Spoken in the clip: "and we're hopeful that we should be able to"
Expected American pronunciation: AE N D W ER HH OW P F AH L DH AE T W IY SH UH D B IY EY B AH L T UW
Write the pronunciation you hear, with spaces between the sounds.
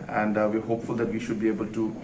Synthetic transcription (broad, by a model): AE N D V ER HH OW P F AH L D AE T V IY SH UH D B IY EY B AH L T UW